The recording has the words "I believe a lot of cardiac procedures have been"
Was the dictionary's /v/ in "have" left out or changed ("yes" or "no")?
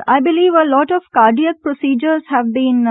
no